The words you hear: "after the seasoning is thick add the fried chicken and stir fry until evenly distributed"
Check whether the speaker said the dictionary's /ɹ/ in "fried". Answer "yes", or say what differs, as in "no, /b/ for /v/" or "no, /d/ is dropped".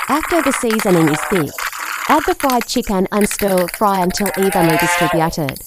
yes